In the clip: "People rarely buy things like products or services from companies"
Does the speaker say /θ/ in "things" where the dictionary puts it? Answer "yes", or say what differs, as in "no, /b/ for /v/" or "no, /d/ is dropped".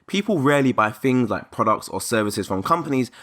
yes